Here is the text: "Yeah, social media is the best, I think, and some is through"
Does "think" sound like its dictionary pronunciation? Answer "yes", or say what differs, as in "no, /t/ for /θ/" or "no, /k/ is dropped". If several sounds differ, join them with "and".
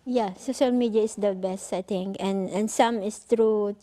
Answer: no, /t/ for /θ/